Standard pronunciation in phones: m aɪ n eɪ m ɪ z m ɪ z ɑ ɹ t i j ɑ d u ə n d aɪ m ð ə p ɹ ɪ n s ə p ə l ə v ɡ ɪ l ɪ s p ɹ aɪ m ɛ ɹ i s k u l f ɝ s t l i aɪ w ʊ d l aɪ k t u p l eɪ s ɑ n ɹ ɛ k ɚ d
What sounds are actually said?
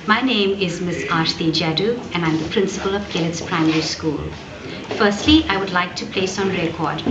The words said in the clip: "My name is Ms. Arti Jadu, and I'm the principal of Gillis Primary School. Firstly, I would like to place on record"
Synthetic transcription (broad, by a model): m aɪ n eɪ m ɪ z m ɪ s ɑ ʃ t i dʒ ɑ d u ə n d aɪ m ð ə p ɹ ɪ n s ə p ə l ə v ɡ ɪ l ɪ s p ɹ aɪ m ɛ ɹ i s k u l f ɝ s t l i aɪ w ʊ d l aɪ k t u p l eɪ s ɑ n ɹ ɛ k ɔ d